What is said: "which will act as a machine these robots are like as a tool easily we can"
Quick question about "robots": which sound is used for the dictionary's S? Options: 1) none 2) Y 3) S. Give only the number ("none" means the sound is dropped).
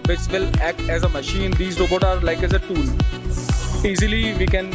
1